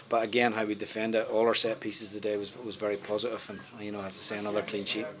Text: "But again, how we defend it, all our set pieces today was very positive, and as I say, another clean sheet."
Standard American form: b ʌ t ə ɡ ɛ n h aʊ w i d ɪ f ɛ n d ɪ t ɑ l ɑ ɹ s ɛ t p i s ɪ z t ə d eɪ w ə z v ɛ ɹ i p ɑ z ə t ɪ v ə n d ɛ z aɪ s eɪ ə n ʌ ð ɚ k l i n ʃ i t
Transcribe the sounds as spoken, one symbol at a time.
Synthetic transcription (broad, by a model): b ʌ t ə ɡ ɛ n h aʊ w i d ɪ f ɛ n d ɪ t ɑ l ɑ ɹ s ɛ t p i s ɪ z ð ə d eɪ w ə z v ɛ ɹ i p ɑ z ə t ɪ v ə n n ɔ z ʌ s eɪ ə n ʌ ð ɚ k l i n ʃ i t